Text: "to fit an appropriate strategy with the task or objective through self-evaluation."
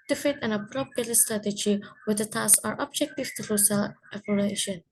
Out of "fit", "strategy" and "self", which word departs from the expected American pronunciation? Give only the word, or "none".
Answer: self